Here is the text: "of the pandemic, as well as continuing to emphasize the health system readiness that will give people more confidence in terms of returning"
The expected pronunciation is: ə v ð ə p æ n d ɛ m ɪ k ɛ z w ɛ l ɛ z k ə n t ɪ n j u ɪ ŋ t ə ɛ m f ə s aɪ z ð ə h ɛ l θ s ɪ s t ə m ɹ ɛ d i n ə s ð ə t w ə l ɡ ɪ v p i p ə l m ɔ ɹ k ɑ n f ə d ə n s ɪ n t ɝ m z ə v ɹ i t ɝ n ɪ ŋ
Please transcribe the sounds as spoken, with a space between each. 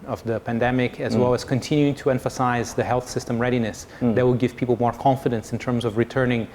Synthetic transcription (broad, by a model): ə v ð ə p æ n d ɛ m ɪ k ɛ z w ɛ l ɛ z k ə n t ɪ n j u ɪ ŋ t ə ɛ m f ə s aɪ z ð ə h ɛ l θ s ɪ s t ə m ɹ ɛ d i n ə s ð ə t w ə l ɡ ɪ v p i p l m ɔ ɹ k ɑ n f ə d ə n s ɪ n t ɝ m z ə v ɹ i t ɝ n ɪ ŋ